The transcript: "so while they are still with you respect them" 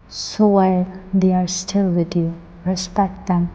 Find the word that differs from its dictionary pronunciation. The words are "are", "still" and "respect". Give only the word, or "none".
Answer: none